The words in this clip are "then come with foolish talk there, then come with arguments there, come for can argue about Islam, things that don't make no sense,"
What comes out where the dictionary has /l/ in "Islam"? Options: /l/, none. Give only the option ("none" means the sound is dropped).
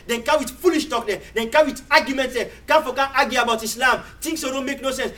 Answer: /l/